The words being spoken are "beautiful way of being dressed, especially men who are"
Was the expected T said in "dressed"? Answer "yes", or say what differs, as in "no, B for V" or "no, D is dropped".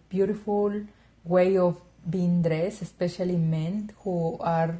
no, T is dropped